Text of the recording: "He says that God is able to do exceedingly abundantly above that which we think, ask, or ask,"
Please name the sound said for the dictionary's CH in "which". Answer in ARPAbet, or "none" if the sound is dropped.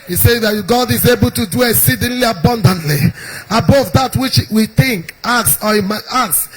CH